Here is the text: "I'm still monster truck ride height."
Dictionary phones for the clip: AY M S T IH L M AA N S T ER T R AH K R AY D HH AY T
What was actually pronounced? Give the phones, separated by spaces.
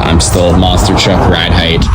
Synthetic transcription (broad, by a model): AY M S T IH L M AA S T ER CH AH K R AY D HH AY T